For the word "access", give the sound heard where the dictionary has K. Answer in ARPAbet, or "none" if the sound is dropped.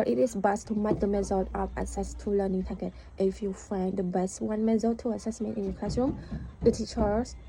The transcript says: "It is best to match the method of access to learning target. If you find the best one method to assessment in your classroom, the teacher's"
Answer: none